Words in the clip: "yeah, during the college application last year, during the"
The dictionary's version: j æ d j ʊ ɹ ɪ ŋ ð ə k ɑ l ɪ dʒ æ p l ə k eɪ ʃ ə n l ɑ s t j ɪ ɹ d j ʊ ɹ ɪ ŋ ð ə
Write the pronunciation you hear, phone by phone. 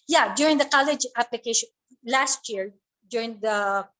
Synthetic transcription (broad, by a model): j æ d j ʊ ɹ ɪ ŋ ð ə k ɑ l ɪ dʒ æ p l ə k eɪ ʃ ə n l ɑ s t j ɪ ɹ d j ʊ ɹ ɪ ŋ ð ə